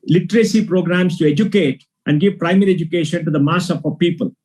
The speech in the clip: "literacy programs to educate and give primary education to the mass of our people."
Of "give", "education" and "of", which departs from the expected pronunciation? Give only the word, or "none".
of